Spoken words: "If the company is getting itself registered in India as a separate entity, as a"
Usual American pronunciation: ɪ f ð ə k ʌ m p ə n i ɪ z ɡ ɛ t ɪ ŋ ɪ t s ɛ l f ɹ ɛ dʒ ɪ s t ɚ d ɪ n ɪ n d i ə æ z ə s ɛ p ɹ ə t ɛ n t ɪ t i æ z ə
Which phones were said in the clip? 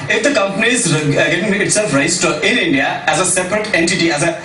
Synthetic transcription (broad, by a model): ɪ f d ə k ʌ m p ə n i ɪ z ɡ ɛ t ɪ ŋ ɪ t s ɛ l f ɹ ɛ ɪ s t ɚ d ɪ n ɪ n d i ə æ z ə s ɛ p ɹ ə t ɛ n t ɪ t i æ z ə